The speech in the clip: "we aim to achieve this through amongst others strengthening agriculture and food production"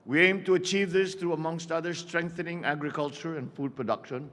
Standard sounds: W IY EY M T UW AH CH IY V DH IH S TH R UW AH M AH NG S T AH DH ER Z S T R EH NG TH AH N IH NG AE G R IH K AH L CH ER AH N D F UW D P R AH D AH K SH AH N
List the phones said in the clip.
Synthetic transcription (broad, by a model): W IY EY M T UW AH CH IY V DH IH S T R UW AH M AH NG S T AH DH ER S T R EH NG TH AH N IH NG AE G R IH K AH L CH ER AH N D F UW D P R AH D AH K SH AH N